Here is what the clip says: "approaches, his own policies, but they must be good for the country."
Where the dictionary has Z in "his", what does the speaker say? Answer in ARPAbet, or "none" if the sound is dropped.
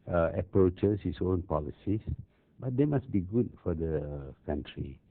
S